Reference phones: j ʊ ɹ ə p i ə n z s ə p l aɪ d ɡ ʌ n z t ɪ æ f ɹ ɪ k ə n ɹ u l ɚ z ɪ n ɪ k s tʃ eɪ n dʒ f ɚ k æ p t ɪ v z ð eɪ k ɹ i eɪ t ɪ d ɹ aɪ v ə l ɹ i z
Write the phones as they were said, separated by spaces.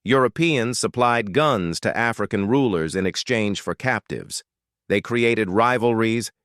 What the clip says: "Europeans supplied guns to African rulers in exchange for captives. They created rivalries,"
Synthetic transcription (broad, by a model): j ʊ ɹ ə p i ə n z s ə p l aɪ d ɡ ʌ n z t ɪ æ f ɹ ɪ k ə n ɹ u l ɚ z ɪ n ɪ k s tʃ eɪ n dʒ f ɚ k æ p t ɪ v z ð eɪ k ɹ i eɪ t ɪ d ɹ aɪ v l ɹ i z